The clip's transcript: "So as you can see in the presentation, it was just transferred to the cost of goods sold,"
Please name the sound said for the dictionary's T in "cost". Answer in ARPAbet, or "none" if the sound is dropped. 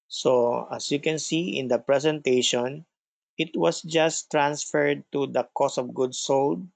none